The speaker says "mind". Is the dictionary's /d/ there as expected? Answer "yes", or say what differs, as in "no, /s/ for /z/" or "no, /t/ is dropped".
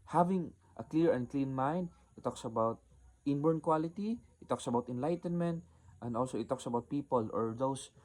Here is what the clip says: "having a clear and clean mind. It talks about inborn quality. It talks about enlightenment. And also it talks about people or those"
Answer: yes